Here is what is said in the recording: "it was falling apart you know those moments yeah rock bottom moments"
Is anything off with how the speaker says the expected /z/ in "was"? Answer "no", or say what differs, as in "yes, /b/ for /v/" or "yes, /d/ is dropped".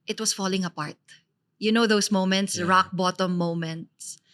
yes, /s/ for /z/